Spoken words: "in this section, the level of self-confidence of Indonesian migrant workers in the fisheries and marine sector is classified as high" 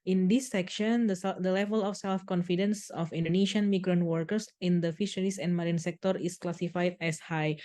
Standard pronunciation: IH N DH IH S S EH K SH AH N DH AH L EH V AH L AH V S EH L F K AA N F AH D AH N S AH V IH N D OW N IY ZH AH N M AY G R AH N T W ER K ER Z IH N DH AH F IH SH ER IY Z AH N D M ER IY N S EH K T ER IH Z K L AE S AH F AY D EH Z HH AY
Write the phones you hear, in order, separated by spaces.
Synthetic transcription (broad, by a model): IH N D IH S S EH K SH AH N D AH L EH V AH L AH F S EH L F K AA N F AH D AH N S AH F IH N D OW N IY SH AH N M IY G R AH N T W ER K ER S IH N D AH F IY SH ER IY S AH N M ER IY N S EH K T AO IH S K L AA S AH F AY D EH S HH AY